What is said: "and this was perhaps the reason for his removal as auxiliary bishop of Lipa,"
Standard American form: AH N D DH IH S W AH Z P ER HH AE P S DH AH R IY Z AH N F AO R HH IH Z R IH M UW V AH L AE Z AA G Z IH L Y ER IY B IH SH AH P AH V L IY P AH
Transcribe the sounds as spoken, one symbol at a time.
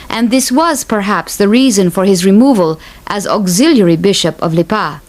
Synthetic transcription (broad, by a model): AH N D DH IH S W AH Z P ER HH AE P S DH AH R IY Z AH N F AO R HH IH Z R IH M UW V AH L AE Z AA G Z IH L Y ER IY B IH SH AH P AH V L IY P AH